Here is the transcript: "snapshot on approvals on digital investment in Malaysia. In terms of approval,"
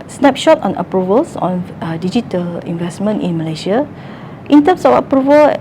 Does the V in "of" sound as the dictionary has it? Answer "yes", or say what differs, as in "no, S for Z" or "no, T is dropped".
no, F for V